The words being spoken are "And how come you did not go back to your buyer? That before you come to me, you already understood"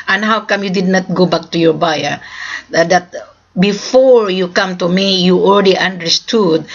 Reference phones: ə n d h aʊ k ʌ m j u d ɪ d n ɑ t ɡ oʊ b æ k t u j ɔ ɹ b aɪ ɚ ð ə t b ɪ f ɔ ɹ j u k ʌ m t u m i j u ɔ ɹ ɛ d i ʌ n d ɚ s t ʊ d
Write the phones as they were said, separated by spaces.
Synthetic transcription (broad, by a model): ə n h aʊ k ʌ m j u d ɪ d n ɑ t ɡ oʊ b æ k t u j ɔ ɹ b aɪ ɚ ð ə t b ɪ f ɔ ɹ j u k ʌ m t u m i j u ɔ l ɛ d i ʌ n d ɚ s t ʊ d